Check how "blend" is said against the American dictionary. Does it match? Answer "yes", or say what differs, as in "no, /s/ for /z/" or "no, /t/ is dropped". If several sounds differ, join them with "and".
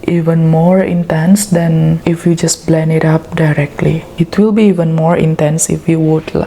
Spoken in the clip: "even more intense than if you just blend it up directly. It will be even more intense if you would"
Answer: no, /d/ is dropped